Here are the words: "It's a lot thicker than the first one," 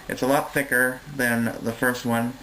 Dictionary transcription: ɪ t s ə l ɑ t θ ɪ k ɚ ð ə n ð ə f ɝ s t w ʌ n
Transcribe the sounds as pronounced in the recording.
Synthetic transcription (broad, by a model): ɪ t s ə l ɑ t θ ɪ k ɚ ð ə n ð ə f ɝ s t w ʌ n